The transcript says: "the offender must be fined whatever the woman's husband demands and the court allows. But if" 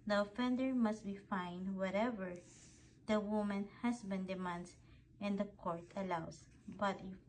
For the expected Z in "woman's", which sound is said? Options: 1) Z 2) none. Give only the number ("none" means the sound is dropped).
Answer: 2